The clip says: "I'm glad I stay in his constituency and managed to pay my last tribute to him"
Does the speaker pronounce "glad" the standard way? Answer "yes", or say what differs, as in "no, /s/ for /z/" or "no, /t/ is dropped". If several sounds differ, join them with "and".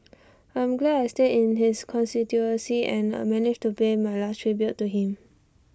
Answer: no, /d/ is dropped